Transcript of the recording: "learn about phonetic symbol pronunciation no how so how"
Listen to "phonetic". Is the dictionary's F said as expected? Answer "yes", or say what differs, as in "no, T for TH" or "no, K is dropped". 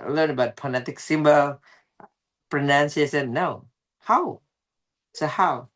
no, P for F